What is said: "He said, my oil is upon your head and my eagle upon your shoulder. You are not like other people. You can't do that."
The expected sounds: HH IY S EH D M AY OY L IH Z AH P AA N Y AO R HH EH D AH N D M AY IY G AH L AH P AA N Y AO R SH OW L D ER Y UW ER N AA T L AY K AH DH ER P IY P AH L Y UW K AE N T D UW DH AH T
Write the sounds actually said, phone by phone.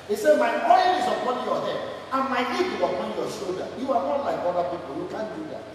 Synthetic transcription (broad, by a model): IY S EH D M AY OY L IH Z AH P AA N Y AO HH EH AH N M AY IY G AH W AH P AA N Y AO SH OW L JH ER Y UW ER N AA T L AY K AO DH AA P IY P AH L Y UW K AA N D UW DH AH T